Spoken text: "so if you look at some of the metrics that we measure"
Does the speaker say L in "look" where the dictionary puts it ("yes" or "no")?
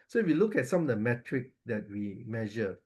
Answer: yes